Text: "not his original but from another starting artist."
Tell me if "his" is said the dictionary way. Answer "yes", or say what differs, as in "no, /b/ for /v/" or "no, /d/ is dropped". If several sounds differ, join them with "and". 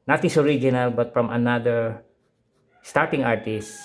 no, /s/ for /z/